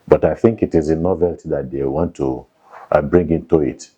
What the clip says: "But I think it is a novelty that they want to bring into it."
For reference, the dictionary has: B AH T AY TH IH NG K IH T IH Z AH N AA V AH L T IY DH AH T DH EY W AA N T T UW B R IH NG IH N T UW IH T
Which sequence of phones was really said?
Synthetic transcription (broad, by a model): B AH T AY TH IH NG K IH T IH Z AH N AA V AH L T IY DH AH T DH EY W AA N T T UW B R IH NG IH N T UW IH T